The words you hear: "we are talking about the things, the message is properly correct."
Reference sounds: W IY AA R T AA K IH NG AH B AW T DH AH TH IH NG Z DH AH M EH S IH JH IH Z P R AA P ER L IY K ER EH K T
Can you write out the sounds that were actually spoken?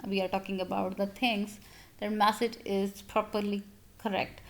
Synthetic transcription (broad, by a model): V IY AA R T AA K IH NG AH B AW T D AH T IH NG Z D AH M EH S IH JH IH Z P R AA P ER L IY K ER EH K T